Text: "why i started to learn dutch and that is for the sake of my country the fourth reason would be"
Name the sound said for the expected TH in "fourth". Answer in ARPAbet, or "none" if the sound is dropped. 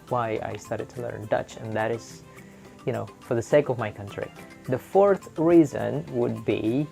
TH